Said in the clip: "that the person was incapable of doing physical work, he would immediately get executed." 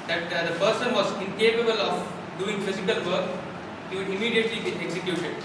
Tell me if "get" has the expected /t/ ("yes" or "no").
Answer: no